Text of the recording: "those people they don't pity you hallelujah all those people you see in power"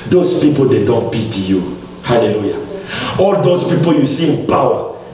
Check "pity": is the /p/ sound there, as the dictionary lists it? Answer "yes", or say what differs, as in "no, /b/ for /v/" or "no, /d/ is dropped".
no, /b/ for /p/